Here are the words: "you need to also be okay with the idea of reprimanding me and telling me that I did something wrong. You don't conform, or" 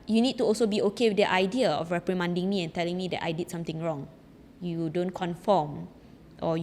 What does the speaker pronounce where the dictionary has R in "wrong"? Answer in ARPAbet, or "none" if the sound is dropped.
R